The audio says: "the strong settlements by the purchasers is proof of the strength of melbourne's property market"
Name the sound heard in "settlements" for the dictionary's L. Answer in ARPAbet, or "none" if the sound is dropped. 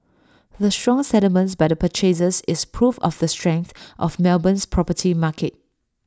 none